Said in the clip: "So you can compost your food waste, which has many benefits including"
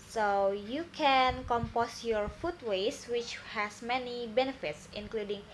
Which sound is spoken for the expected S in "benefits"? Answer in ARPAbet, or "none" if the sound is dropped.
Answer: S